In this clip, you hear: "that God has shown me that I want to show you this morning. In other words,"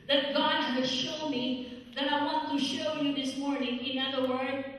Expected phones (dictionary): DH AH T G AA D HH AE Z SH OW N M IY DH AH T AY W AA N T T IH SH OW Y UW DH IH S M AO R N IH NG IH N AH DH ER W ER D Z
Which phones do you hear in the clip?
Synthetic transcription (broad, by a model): DH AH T G AA D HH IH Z SH OW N M IY DH AH T AY W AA N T T IH SH OW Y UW DH IH S M AO R N IH NG IH N AH DH ER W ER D